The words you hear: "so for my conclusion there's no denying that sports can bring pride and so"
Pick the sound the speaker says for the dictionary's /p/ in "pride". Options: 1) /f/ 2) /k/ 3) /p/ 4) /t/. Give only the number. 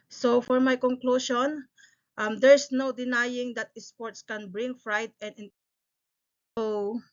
1